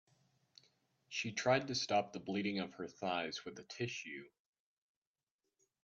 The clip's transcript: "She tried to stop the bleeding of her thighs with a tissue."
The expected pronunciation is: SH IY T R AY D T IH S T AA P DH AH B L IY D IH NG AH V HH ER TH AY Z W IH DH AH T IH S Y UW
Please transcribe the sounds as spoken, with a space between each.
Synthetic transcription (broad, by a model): SH IY T R AY D T IH S T AA P DH AH B L IY D IH NG AH V ER TH AY Z W IH DH AH T IH SH Y UW